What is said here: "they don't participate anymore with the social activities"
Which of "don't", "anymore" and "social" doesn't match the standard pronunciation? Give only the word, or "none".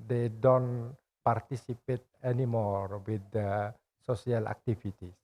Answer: social